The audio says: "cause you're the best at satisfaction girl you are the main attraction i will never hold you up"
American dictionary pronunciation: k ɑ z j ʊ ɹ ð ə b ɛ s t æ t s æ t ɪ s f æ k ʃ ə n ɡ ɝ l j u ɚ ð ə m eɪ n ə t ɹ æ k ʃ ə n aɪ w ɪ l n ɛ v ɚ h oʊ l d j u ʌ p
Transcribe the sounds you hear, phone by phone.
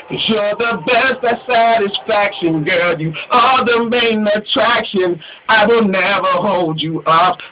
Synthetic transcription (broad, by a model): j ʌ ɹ ð ə b ɛ s t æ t s æ t ɪ s f æ k ʃ ə n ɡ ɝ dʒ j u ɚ ð ə m eɪ n ə t ɹ æ k ʃ ə n aɪ w ɪ l n ɛ v ɚ h oʊ l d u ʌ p